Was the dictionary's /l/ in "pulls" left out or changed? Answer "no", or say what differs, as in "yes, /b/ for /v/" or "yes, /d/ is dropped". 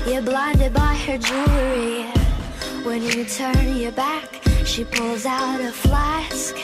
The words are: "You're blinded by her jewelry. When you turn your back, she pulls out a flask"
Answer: no